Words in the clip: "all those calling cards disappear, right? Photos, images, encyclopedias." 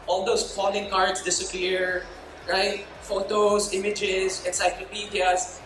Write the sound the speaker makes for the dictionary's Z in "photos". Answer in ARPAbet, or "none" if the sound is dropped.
S